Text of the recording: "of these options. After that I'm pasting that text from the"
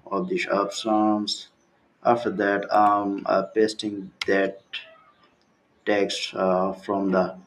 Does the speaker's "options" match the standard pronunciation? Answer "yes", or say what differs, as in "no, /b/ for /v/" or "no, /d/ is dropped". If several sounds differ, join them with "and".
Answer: no, /s/ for /ʃ/